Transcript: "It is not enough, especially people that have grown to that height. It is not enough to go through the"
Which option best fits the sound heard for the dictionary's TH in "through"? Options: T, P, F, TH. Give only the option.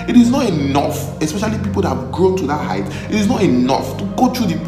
T